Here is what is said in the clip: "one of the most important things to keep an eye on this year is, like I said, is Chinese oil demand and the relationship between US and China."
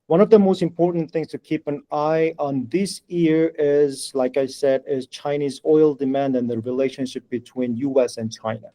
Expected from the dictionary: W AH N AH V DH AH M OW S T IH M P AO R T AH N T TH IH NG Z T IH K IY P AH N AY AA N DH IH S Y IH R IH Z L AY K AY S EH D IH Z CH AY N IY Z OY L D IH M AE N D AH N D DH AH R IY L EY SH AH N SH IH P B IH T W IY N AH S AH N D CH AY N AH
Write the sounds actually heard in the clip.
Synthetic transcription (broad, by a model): W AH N AH V DH AH M OW S T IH M P AO R T N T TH IH NG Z T IH K IY P AH N AY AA N DH IH S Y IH R IH Z L AY K AY S EH D IH Z CH AY N IY Z OY L D IH M AE N D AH N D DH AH R IY L EY SH AH N SH IH P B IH T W IY N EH S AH N CH AY N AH